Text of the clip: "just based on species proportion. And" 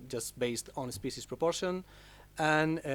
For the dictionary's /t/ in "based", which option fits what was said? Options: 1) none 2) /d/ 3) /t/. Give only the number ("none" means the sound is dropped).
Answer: 3